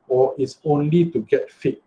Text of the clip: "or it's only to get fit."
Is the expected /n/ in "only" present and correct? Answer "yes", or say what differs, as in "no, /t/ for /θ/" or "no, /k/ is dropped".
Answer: yes